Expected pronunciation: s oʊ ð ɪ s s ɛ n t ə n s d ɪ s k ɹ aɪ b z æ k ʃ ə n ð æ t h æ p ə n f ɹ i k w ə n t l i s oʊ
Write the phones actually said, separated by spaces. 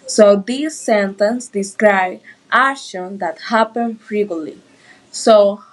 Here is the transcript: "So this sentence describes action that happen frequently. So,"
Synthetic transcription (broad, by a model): s oʊ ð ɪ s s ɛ n t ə n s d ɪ s k ɹ aɪ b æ ʃ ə n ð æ t h æ p ə n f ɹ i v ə l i s oʊ